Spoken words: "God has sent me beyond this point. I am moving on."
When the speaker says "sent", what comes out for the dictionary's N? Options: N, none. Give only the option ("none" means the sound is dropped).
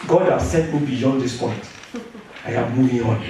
none